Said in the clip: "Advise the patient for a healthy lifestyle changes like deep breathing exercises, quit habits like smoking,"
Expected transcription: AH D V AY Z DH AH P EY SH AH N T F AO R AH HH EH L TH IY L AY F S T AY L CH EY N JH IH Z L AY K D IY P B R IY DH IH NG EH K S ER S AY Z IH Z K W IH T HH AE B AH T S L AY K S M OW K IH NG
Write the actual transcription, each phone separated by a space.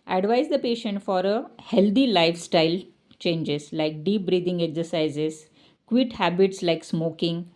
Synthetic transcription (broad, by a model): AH D V AY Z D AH P EY SH AH N T F AO R AH HH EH L T IY L AY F S T AY L CH EY N JH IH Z L AY K D IY P B R IY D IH NG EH K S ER S AY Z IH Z K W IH T HH AE B AH T S L AY K S M OW K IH NG